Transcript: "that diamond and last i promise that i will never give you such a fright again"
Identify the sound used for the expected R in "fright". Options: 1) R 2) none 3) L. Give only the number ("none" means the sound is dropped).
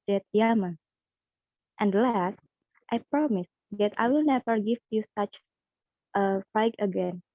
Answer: 2